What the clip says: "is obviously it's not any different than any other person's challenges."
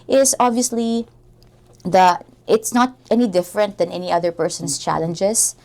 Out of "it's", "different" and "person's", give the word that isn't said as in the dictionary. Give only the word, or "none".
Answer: person's